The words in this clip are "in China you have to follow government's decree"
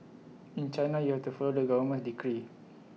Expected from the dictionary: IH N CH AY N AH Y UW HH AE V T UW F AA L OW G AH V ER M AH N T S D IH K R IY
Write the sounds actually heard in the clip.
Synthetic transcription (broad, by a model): IH N CH AY N AH Y UW HH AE F T UW F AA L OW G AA W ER M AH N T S D IH K R IY